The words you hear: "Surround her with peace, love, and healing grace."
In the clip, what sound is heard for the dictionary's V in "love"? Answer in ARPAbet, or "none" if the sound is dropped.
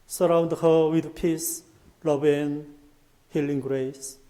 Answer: B